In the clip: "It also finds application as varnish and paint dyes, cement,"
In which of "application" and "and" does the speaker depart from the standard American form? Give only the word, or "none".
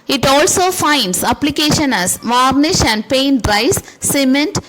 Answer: none